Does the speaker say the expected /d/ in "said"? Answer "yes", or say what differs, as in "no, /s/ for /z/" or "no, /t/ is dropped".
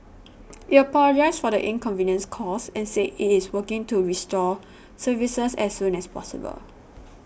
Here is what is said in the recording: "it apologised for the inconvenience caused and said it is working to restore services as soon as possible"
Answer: no, /d/ is dropped